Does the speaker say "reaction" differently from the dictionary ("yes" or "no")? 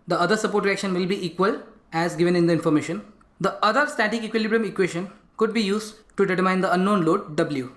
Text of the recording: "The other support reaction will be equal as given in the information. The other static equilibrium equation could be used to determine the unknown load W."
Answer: no